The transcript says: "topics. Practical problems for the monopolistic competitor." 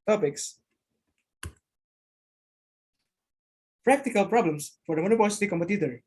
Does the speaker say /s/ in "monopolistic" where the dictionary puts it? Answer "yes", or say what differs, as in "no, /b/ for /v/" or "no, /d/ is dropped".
no, /s/ is dropped